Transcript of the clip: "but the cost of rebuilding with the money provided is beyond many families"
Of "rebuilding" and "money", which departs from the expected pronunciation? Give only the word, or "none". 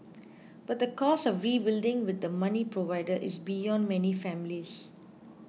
none